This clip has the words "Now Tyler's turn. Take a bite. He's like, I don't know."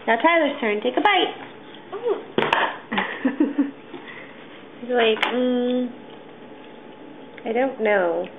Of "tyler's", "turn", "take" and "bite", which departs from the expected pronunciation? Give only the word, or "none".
tyler's